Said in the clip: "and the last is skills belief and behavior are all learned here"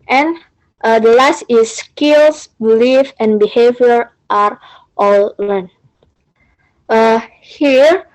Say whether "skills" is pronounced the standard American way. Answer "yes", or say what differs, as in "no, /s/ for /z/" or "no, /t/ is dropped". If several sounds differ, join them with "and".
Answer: no, /s/ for /z/